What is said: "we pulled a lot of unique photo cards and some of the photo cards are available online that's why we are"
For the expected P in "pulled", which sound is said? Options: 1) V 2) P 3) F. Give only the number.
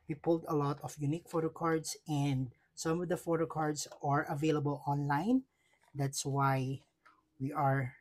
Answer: 2